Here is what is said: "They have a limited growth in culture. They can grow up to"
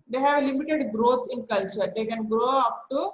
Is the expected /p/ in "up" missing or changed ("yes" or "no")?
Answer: no